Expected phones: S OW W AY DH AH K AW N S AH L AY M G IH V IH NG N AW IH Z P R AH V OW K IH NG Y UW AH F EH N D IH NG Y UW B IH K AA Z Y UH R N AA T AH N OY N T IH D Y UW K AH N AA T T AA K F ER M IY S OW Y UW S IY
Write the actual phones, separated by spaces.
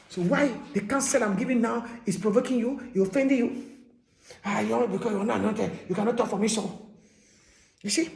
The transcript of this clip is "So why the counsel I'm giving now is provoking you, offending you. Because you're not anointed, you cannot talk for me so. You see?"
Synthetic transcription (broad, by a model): S OW W AY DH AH K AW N S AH L AY M G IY V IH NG N AW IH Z P R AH V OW K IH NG Y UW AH F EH N D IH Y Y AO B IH K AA Y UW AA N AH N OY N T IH Y UW K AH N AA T T AA K F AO M IY S OW Y UW S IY